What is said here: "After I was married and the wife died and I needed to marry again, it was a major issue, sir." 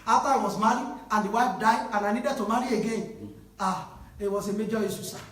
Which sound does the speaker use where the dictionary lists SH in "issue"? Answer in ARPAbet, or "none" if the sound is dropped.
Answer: S